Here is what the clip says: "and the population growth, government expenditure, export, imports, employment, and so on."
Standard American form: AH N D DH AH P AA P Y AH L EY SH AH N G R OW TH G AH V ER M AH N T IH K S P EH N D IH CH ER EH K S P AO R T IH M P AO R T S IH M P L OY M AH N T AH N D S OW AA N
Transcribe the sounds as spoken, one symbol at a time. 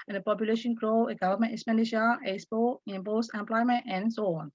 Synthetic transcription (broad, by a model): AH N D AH P AA P Y AH L EY SH AH N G R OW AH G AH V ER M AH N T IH S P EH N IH SH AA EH S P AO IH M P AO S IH M P L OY M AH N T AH N S OW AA N